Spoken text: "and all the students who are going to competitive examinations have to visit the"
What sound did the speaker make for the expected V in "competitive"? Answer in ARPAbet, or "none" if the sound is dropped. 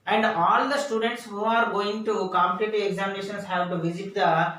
none